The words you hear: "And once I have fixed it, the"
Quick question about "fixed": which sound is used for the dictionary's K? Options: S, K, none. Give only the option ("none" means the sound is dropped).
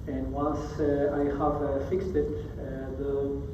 K